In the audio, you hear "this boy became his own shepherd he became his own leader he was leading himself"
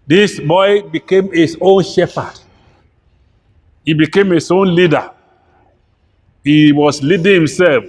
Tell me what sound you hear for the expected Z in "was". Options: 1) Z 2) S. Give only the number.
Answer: 2